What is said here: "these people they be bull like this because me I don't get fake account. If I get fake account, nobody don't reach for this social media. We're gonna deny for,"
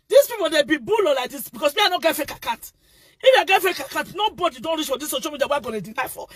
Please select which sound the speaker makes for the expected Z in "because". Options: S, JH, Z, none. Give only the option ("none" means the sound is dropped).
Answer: S